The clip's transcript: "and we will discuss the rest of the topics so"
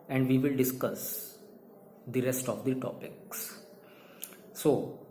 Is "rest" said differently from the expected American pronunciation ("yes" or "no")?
no